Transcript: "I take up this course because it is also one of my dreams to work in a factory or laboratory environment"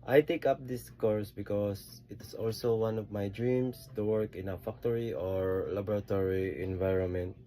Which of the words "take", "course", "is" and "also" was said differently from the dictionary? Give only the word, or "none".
is